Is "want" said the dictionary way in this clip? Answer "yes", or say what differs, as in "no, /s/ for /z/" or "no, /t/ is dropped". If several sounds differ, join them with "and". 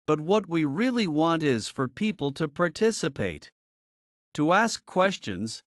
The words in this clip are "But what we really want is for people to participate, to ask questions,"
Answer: yes